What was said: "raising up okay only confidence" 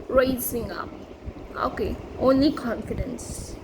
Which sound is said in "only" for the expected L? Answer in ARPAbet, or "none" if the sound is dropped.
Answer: L